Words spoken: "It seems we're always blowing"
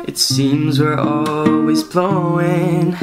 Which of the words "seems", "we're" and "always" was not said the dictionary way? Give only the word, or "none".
none